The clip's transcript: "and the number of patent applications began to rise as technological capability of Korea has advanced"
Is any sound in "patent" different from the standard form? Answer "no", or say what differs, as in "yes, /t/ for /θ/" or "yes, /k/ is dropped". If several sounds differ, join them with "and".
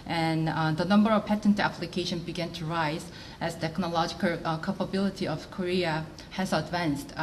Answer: no